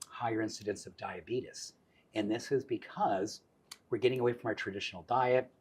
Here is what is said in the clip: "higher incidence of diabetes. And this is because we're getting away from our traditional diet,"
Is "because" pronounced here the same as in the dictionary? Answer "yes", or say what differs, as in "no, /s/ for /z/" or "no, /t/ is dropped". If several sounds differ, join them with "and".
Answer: yes